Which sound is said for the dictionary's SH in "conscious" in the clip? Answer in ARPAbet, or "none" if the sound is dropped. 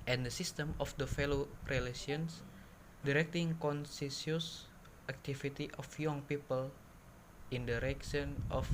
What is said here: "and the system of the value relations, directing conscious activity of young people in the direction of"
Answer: S